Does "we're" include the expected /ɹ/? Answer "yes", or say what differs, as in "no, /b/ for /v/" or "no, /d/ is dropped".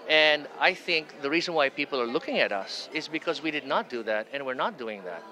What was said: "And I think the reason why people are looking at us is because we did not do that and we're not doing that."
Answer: yes